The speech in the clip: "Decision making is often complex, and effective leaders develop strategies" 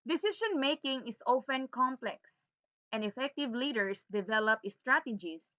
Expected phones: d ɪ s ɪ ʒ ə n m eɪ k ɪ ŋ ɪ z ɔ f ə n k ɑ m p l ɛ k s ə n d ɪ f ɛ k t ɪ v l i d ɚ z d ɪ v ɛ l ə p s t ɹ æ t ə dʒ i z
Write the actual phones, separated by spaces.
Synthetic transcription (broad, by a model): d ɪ s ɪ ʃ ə n m eɪ k ɪ ŋ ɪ s ɔ f ə n k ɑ m p l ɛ k s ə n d ɪ f ɛ k t ɪ v l i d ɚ s d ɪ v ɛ l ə p s t ɹ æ t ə dʒ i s